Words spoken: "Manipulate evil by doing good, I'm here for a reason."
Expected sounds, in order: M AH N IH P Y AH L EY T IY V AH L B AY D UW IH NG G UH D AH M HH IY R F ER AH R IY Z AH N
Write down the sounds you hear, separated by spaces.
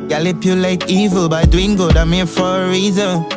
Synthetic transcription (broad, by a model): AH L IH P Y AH L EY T IY V AH L B AY D UW IH NG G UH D AH M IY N F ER AH R IY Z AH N